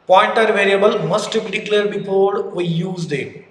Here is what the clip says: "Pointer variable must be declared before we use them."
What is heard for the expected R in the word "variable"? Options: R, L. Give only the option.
R